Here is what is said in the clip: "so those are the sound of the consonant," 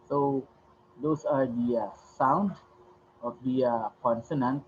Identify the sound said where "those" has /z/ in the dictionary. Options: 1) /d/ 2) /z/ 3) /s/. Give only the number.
3